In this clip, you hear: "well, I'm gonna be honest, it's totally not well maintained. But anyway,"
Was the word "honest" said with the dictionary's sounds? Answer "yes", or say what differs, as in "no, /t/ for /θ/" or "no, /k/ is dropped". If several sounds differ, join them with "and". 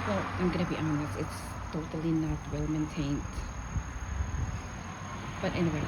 no, /t/ is dropped